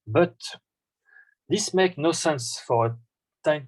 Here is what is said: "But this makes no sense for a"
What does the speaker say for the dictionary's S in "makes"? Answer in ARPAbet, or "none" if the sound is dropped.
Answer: none